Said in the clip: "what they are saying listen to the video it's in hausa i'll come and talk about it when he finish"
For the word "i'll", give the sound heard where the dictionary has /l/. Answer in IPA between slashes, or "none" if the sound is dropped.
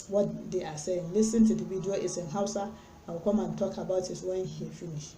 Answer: /w/